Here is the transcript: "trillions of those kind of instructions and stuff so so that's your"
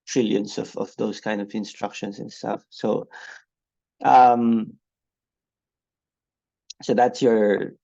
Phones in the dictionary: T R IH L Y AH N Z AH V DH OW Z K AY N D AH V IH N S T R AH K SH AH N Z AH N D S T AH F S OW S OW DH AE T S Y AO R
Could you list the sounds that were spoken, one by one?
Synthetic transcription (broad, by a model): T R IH L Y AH N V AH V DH OW S K AY N D AH V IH N S T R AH K SH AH N S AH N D S T AH F S OW S OW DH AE T S Y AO R